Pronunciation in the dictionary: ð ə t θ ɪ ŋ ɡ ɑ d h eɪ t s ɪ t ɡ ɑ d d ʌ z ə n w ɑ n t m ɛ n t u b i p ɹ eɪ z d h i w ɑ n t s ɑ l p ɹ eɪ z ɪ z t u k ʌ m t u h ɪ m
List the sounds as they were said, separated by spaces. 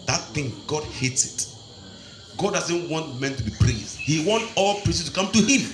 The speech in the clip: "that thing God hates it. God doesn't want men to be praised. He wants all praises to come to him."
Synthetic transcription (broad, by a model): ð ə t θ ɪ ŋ ɡ ɑ d h eɪ t s ɪ t ɡ ɑ d d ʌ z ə n w ɑ n t m ɛ n t u b i p ɹ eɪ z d h i w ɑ n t ɑ l p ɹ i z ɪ s t u k ʌ m t u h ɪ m